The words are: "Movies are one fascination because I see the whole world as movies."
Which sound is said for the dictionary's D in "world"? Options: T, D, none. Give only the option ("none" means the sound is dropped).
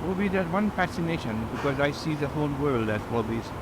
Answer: D